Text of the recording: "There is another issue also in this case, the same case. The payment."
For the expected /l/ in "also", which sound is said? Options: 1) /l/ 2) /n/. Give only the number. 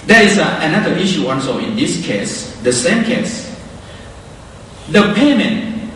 2